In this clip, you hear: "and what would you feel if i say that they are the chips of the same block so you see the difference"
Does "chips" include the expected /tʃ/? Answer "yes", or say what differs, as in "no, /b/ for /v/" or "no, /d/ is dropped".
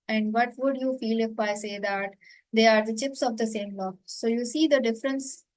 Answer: yes